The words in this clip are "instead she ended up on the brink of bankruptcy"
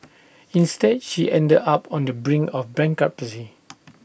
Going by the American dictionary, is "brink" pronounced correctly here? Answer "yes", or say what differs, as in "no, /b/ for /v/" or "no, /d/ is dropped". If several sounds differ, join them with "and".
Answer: no, /k/ is dropped